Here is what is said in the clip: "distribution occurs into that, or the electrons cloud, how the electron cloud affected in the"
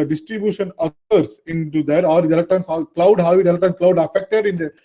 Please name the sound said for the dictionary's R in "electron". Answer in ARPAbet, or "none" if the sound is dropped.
none